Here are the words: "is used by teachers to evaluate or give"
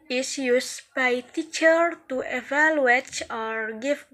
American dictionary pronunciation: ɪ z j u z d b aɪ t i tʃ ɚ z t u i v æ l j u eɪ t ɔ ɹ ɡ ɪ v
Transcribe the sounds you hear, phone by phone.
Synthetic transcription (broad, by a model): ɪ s j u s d b aɪ t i tʃ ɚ t u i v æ l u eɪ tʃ ɔ ɹ ɡ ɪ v